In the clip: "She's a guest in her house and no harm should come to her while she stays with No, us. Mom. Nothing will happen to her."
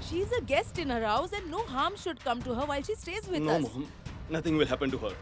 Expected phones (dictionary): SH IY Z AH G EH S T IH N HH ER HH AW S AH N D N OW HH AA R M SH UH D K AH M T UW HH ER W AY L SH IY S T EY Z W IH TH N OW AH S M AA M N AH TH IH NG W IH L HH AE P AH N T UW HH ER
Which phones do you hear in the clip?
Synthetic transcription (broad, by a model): SH IY Z AH G EH S T IH N HH ER HH AW S AH N D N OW HH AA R M SH UH D K AH M T UW HH ER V AY L SH IY S T EY Z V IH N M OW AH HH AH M N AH T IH NG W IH L HH AE P AH N T UW HH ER